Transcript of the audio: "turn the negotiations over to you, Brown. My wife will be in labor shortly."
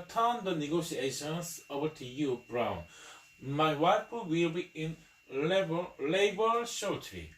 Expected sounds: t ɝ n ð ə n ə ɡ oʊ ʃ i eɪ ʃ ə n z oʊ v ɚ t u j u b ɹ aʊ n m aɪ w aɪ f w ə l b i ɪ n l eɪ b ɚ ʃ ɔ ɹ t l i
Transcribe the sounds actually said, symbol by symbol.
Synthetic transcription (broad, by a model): t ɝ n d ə n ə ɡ oʊ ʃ i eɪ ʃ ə n s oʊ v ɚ t u j u b ɹ aʊ n m aɪ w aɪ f w ə l b i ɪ n l eɪ b ɚ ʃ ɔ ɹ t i